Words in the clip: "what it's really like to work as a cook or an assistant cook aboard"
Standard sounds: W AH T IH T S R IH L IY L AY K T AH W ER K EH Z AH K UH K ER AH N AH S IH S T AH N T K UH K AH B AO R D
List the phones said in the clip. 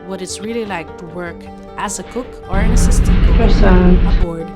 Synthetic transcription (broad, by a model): W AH T IH T S R IH L IY L AY K T AH W ER K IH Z AH K UH K ER AH N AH S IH S T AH T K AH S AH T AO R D